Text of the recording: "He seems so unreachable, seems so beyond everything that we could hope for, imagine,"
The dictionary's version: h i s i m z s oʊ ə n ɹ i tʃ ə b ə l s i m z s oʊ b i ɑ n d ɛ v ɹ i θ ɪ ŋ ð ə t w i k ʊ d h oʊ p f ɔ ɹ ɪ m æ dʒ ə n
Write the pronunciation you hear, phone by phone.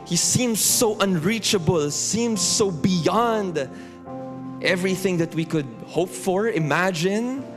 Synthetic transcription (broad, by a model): h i s i m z s oʊ ə n ɹ i tʃ ə b ə l s i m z s oʊ b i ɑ n d ɛ v ɹ i θ ɪ ŋ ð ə t w i k ʊ d h oʊ p f ɔ ɹ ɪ m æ dʒ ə n